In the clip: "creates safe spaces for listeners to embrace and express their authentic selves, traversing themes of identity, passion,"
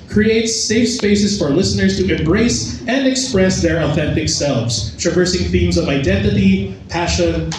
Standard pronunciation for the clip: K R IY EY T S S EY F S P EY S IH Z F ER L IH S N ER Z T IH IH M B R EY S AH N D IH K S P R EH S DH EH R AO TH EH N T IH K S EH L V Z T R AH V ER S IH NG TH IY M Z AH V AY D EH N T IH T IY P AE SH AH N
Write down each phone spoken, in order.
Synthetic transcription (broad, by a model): K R IY EY T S S EY F S P EY S IH Z F ER L IH S N ER Z T IH IH M B R EY S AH N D IH K S P R EH S DH EH R AO TH EH N T IH K S EH L V Z T R AH V ER S IH NG TH IY M Z AH V AY D EH N T IH T IY P AE SH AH N